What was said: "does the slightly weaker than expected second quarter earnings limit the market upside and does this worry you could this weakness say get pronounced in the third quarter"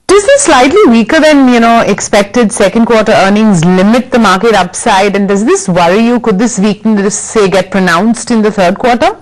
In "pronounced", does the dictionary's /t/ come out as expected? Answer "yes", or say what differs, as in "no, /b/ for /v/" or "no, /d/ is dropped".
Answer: yes